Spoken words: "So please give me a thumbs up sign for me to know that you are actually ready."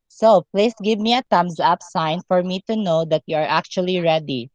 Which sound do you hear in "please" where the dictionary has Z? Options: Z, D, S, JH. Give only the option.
S